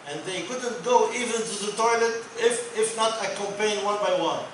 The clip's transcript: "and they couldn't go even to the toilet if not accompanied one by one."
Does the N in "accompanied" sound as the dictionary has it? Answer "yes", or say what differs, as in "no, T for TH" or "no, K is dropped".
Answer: no, N is dropped